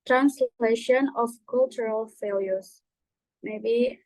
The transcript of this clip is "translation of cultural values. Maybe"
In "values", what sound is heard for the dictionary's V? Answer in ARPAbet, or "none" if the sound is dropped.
F